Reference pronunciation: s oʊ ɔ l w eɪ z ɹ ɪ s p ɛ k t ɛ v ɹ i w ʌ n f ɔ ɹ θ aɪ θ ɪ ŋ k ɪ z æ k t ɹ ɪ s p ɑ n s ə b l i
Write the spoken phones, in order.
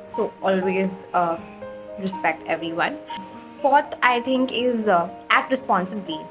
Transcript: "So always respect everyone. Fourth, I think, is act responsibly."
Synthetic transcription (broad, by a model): s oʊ ɔ l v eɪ z ɹ ɪ s p ɛ k t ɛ v ɹ i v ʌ n f ɔ ɹ t aɪ t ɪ ŋ k ɪ z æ t ɹ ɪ s p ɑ n s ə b l i